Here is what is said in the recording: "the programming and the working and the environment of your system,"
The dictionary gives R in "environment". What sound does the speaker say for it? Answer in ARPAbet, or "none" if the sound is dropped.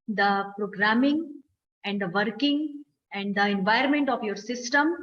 none